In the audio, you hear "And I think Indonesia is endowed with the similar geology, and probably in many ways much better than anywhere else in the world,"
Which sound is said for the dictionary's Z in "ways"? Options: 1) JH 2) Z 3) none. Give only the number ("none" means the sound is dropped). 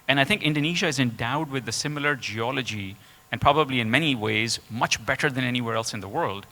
2